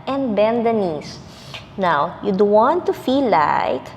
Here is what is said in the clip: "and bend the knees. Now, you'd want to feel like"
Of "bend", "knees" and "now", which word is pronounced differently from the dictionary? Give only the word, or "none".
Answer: knees